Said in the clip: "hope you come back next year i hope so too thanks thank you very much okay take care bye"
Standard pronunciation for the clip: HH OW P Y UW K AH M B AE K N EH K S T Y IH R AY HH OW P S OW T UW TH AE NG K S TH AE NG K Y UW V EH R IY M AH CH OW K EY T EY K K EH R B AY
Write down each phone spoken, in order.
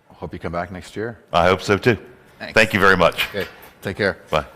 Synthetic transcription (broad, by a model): HH OW P Y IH K AH M B AE K N EH K S T Y IH R AY HH OW P S OW T UW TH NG TH AE NG K Y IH V EH R IY M AH CH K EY T EY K K EH R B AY